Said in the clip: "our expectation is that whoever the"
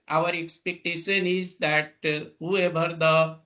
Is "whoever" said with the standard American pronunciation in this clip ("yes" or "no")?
no